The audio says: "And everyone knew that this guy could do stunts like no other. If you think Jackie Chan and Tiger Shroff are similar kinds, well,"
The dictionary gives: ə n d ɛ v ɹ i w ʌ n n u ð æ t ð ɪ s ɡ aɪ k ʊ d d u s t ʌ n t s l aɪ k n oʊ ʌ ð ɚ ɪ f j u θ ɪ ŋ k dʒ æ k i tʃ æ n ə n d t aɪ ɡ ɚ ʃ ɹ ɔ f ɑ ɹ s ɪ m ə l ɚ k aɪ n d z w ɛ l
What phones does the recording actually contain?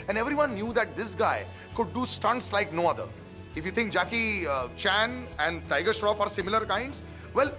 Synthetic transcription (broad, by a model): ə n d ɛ v ɹ i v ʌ n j u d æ t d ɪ s ɡ aɪ k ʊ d d u s t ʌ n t s l aɪ k n oʊ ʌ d ɚ ɪ f j u t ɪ ŋ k dʒ æ k i tʃ æ n ə n d t aɪ ɡ ɚ ʃ ɹ ɔ f ɑ ɹ s ɪ m ə l ɚ k aɪ n d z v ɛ l